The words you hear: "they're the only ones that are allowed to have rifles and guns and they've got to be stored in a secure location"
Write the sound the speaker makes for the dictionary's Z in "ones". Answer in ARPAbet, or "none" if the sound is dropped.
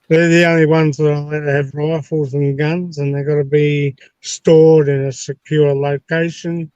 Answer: Z